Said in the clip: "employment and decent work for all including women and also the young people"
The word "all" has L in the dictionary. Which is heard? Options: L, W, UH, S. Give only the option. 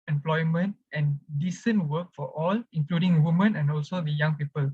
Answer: L